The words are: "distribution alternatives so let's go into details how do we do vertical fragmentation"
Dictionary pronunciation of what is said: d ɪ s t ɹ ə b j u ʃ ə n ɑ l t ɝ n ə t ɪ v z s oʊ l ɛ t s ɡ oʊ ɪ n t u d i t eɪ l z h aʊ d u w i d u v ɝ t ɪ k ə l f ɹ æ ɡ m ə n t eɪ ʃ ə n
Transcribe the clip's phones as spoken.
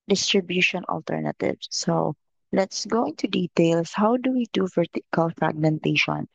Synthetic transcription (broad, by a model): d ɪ s t ɹ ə b j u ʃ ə n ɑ l t ɝ n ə t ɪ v s oʊ l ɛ t s ɡ oʊ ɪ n t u d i t eɪ l s h aʊ d u w i d u f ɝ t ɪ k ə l f ɹ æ ɡ m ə n t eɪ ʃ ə n